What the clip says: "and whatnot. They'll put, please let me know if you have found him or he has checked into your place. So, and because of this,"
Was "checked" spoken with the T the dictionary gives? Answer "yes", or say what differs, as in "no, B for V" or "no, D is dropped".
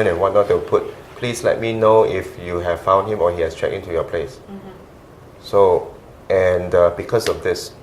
no, T is dropped